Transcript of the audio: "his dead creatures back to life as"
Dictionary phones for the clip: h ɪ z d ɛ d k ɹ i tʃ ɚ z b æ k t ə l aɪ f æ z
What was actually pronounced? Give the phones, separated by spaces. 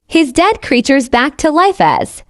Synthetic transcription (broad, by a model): h ɪ z d ɛ d k ɹ i tʃ ɚ z b æ k t ə l aɪ f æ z